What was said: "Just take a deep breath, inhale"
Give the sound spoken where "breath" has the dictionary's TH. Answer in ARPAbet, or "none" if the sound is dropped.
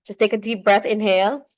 TH